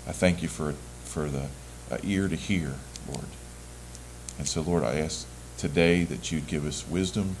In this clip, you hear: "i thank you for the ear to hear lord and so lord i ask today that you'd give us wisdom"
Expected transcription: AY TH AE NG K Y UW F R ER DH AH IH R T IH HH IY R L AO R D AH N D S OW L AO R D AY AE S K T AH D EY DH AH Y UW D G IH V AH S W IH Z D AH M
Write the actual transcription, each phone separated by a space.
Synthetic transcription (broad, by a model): AY TH AE NG K Y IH F R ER DH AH IH R T IH HH IY R L AO R D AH N S OW L AO R D AY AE S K T AH D EY DH AH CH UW D G IH V AH S W IH Z D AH M